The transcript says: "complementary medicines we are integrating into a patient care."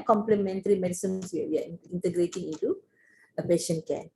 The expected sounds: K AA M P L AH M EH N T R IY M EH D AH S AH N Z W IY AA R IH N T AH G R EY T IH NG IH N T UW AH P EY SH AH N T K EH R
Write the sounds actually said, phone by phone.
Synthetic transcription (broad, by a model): K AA M P L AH M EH N T R IY M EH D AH S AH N S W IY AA W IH N T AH G R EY T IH NG IH N T UW AH P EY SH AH N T K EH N